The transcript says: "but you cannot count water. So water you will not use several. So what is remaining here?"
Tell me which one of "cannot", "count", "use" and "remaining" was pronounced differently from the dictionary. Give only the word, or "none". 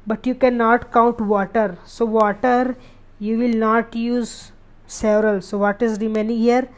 none